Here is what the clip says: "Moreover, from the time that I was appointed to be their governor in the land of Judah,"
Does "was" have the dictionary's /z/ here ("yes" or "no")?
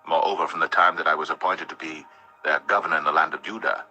yes